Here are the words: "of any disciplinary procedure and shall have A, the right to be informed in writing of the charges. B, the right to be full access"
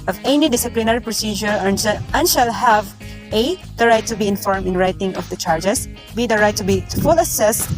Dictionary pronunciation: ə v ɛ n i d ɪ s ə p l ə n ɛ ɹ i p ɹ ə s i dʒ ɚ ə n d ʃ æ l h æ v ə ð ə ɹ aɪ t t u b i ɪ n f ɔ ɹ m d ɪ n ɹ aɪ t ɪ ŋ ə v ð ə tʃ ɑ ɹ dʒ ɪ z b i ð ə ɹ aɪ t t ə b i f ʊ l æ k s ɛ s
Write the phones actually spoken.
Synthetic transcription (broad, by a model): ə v ɛ n i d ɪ s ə p l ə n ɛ ɹ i p ɹ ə s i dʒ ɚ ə n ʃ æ l h æ v ə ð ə ɹ aɪ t t u b i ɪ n f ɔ ɹ m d ɪ n ɹ aɪ t ɪ ŋ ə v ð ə tʃ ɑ ɹ dʒ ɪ s b i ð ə ɹ aɪ t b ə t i f ʊ l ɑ s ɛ s